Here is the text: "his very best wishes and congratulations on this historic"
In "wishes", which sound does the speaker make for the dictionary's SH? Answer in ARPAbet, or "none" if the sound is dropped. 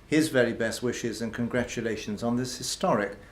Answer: SH